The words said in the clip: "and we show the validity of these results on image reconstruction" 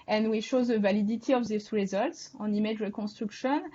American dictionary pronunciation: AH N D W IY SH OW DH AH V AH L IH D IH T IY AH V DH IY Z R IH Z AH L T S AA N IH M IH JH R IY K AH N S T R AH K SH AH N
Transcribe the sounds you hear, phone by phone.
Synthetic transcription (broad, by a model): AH N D W IY SH OW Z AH V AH L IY D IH T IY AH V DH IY S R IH Z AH L T S AA N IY M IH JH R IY K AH S T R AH K SH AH N